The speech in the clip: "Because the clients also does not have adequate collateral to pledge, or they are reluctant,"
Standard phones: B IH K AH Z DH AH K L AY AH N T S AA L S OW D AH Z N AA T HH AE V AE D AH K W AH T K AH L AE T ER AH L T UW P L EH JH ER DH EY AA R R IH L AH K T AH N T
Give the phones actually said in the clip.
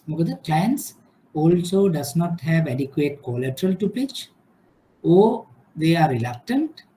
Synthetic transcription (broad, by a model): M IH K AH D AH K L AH N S AA L S OW D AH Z N AA T HH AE V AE D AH K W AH T K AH L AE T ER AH L T UW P IH CH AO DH EY AA R R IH L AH K T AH N T